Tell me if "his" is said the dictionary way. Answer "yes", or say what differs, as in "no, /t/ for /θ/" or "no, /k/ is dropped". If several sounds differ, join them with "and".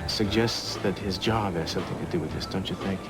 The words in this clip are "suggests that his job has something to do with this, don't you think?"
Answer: yes